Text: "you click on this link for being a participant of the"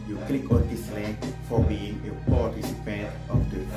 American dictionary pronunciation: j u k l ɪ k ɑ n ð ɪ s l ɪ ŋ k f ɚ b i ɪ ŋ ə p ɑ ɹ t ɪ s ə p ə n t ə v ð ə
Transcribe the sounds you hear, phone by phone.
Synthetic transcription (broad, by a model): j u k l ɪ k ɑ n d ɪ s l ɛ k f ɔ b i ɪ ŋ ə p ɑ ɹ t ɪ s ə p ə n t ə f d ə